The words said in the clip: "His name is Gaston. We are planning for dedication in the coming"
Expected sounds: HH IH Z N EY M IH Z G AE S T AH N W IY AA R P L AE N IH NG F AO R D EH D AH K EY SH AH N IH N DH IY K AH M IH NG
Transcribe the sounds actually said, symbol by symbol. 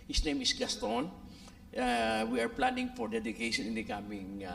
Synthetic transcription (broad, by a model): HH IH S N EY M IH S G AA S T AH N W IY AA R P L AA N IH NG F AO R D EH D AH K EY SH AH N IH N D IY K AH M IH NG